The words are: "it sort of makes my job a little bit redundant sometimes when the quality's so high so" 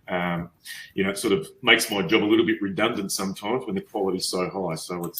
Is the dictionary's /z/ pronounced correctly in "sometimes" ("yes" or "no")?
yes